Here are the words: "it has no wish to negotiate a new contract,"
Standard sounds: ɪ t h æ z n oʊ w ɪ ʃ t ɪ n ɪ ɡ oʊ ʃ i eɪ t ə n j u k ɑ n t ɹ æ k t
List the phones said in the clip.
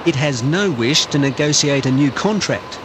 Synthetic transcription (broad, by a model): ɪ t h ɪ z n oʊ w ɪ ʃ t ɪ n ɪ ɡ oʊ s i eɪ t ə n j u k ɑ n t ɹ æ k t